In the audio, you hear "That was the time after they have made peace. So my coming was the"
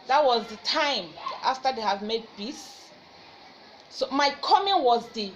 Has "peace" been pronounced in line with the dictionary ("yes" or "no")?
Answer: no